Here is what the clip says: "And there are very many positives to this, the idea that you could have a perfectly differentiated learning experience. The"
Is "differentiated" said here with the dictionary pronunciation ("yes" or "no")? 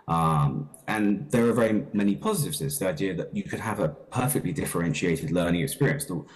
yes